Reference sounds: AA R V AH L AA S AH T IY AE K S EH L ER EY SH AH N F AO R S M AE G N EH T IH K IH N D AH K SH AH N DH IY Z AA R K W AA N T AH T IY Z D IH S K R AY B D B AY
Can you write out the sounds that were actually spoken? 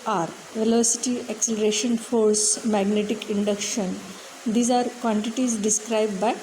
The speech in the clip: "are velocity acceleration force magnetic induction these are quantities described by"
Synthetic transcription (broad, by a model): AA R V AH L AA S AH T IY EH K S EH L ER EY SH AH N F AO R S M AE G N EH T IH K IH N D AH K SH AH N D IY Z AA R K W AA N T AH T IY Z D IH S K R AY B D B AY